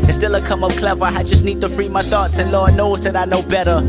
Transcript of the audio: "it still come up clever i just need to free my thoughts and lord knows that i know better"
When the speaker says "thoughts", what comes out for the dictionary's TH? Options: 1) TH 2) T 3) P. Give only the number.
1